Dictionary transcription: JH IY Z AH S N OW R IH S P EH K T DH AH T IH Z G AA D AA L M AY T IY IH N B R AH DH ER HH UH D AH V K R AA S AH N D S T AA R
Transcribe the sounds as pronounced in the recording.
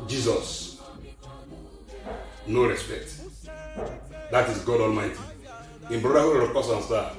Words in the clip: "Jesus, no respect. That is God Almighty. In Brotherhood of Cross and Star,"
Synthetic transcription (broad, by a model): JH IY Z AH S N OW R IH S P EH K T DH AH T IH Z G AA D AA L M AY T IY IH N B R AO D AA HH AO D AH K AA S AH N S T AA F